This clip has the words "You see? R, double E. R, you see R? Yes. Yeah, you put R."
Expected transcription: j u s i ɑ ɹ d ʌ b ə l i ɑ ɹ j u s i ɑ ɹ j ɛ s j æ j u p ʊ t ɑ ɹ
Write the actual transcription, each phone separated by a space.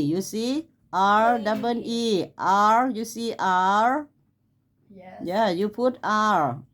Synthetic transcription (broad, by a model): j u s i ɑ ɹ d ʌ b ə n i ɑ ɹ j u s i ɑ ɹ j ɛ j j u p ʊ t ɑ ɹ